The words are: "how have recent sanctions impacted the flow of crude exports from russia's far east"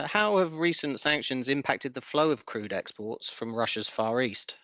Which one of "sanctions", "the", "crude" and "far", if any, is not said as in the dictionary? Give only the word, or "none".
none